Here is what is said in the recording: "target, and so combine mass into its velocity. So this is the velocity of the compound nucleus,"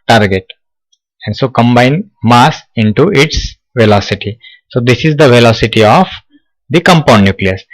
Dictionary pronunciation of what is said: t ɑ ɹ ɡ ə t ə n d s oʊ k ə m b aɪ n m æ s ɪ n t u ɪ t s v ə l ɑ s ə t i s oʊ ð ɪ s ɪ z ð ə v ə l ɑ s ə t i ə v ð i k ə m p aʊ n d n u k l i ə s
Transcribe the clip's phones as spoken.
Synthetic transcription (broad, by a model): t ɑ ɹ ɡ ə t ə n d s oʊ k ə m b aɪ n m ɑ s ɪ n t u ɪ t s v ə l ɑ s ə t i s oʊ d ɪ s ɪ z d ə v ə l ɑ s ə t i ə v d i k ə m p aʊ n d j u k l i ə s